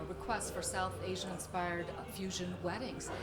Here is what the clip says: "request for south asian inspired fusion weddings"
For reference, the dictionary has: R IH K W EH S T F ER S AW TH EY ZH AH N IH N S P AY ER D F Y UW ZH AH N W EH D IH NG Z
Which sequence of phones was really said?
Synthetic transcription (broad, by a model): R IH K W EH S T F ER S AW TH EY ZH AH IH N S P AY ER D F Y UW ZH AH N W EH D IH NG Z